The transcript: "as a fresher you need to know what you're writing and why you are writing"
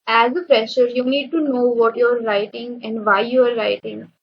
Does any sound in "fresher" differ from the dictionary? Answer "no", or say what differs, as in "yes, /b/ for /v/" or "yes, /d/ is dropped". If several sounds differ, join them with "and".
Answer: yes, /p/ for /f/